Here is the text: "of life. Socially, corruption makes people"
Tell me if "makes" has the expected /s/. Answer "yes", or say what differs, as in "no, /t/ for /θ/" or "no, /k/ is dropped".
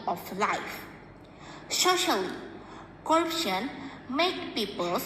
no, /s/ is dropped